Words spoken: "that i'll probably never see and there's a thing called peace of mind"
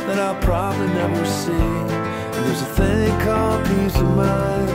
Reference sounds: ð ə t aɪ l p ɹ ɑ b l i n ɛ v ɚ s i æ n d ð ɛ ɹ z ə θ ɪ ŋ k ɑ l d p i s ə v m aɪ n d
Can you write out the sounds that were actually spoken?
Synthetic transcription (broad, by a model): ð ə t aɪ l p ɹ ɑ b l i n ɛ v ɚ s i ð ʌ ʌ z ə θ ɪ ŋ k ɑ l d p i s ə v m aɪ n